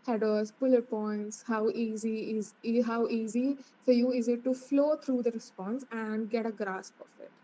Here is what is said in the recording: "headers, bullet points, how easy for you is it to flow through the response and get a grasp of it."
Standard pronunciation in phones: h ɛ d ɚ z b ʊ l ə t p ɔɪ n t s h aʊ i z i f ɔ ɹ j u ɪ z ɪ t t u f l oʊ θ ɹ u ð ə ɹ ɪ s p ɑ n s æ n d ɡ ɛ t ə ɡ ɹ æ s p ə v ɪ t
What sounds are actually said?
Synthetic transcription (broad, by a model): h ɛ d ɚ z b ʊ l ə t p ɔɪ n t s h aʊ i z i f ɔ ɹ j u ɪ z ɪ t t u f l oʊ t ɹ u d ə ɹ ɪ s p ɑ n s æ n d ɡ ɛ t ə ɡ ɹ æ s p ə f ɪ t